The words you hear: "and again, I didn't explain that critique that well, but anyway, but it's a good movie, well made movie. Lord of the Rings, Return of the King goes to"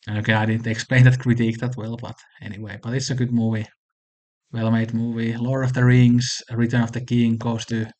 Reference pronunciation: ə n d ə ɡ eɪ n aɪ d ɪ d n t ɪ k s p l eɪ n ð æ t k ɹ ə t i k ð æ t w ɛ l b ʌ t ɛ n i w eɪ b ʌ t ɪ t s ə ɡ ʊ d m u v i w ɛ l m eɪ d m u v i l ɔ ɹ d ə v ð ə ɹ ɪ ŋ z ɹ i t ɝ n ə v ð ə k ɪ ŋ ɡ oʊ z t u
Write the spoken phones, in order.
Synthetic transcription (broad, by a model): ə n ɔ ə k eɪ aɪ d ɪ d n t ɪ k s p l eɪ n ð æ t k ɹ ə t i k ð æ t w ɛ l b ʌ t ɛ n i w eɪ b ʌ t ɪ t s ə ɡ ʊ d m u v i w ɛ l m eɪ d m u v i l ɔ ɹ ə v ð ə ɹ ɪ ŋ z ɹ i t ɝ n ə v ð ə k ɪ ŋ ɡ oʊ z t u